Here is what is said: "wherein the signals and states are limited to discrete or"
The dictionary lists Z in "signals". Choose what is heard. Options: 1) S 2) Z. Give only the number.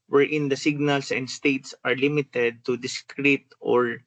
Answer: 1